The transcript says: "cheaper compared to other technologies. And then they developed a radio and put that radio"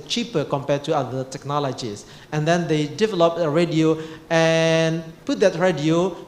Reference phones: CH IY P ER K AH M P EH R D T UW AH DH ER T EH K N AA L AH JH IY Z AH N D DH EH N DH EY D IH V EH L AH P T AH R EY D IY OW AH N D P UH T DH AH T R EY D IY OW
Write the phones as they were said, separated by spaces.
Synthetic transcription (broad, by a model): CH IY P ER K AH M P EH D T UW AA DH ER T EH K N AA L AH JH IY S AH N D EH N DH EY D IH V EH L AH P AH R EY D IY OW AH N P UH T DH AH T R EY D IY OW